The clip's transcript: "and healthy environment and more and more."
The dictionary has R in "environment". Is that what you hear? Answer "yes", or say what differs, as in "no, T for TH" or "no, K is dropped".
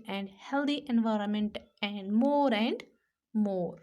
yes